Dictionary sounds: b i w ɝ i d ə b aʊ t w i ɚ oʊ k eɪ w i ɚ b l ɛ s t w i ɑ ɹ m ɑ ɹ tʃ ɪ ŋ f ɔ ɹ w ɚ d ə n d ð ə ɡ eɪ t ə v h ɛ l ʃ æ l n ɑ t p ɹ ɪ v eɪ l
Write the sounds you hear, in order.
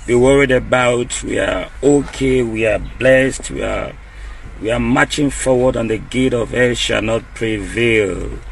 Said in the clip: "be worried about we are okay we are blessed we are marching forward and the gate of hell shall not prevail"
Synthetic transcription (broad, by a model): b i w ɝ i d ə b aʊ t w i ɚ oʊ k eɪ w i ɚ b l ɛ s t w i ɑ w m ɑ tʃ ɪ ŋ f ɔ w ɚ d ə n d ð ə ɡ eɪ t ə v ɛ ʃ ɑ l n ɑ t p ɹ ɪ v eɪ l